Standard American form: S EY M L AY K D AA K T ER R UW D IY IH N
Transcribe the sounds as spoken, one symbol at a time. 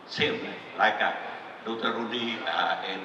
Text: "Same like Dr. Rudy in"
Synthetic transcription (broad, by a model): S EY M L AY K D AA T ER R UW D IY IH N